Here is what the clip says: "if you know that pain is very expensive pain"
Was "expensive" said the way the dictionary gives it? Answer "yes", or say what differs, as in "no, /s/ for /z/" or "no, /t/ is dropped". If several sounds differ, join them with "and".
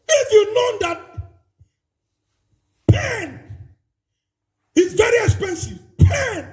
yes